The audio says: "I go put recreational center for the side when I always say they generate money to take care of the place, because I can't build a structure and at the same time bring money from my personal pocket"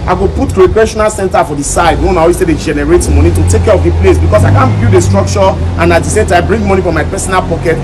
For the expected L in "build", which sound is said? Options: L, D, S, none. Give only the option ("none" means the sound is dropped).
none